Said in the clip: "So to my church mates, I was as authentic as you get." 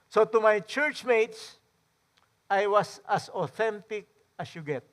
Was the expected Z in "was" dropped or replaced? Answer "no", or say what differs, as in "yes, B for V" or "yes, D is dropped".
yes, S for Z